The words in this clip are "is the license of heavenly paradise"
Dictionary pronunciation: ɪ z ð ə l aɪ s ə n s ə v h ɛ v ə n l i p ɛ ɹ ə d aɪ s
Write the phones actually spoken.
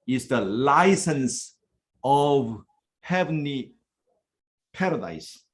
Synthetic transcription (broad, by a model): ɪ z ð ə l aɪ s ə n s ə v h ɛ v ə n i p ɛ ɹ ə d aɪ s